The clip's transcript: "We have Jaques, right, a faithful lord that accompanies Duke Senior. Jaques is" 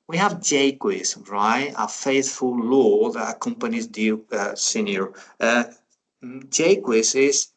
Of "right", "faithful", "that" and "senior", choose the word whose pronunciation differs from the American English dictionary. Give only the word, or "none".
none